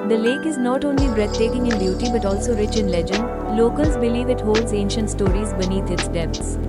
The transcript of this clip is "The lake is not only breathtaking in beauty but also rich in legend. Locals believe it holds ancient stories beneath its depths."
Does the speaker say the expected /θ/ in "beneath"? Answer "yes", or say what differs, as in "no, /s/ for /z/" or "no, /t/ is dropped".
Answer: no, /t/ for /θ/